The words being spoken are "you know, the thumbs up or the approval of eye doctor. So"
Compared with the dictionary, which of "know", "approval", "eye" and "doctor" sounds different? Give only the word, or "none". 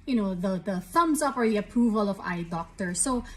none